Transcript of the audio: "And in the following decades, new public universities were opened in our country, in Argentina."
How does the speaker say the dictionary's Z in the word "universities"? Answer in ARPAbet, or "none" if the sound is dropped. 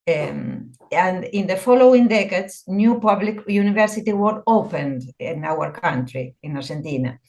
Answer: none